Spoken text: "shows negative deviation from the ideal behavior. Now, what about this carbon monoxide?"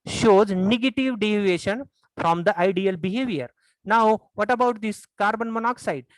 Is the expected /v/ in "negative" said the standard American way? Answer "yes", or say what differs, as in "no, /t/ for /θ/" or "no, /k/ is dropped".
yes